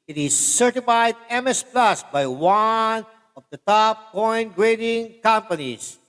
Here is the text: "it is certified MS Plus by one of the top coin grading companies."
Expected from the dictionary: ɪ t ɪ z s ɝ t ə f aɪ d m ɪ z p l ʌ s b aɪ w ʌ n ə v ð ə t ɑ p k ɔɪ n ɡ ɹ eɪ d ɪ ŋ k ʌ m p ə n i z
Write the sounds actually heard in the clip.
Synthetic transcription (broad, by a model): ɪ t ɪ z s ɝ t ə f aɪ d m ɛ s p l ʌ s b aɪ w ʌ n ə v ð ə t ɑ p k ɔɪ n ɡ ɹ eɪ d ɪ ŋ k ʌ m p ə n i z